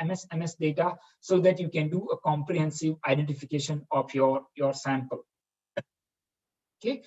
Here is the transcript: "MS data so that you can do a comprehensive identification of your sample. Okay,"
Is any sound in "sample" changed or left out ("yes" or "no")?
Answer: no